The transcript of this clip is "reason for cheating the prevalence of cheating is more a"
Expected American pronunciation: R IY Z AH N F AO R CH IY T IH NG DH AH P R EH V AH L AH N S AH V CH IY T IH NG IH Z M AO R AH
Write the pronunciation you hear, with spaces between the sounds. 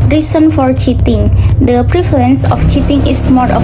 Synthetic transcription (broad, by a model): R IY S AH N F AO R CH IY T IH NG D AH P R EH F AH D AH N S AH F CH IY T IH NG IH S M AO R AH